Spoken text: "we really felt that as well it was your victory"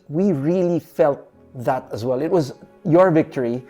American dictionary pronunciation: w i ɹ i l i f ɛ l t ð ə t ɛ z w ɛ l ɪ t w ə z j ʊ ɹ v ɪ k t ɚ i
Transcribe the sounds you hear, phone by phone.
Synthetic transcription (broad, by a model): w i ɹ i l i f ɛ l t ð ə t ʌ z w ɛ l ɪ t w ə z j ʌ ɹ v ɪ k t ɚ i